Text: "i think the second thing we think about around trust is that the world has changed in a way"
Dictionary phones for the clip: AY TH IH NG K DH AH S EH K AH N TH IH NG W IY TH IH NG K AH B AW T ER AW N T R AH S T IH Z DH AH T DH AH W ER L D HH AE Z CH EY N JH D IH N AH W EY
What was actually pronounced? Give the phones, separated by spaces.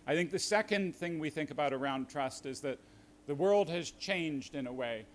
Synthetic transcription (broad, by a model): AY TH IH NG K DH AH S EH K AH N TH IH NG W IY TH IH NG K AH B AW T ER AW N T R AH S T IH Z DH AH T DH AH W ER L D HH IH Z CH EY N JH D IH N AH W EY